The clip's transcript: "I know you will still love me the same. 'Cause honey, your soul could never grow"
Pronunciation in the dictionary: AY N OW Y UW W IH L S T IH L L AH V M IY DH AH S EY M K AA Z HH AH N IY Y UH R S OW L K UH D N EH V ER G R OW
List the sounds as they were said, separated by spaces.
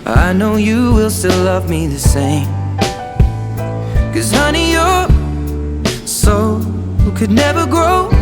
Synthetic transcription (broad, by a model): AY N OW Y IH W IH L S T IH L L AH V M IY DH AH S EY M K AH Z HH AH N IY Y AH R S OW K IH D N EH V ER G R OW